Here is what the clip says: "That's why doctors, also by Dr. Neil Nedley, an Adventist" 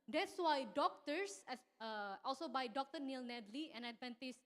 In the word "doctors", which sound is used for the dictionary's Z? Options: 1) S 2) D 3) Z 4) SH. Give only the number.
1